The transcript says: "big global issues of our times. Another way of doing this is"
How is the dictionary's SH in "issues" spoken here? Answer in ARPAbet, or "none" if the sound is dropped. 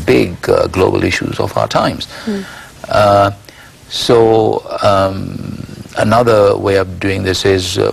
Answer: SH